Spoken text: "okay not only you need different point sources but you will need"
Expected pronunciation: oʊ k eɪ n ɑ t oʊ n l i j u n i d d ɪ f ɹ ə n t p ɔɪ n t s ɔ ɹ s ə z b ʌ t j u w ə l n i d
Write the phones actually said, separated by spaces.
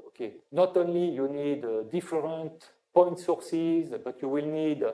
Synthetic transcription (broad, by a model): oʊ k eɪ n ɑ t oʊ n l i j u n i d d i f ɹ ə n t p ɔɪ n t s ɔ ɹ s ə z b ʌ t j u w ə l n i d